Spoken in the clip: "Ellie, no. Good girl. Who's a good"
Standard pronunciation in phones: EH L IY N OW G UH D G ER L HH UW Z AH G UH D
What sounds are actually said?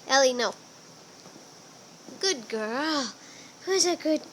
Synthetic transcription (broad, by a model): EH L IY N OW G UH D G ER L HH UW Z AH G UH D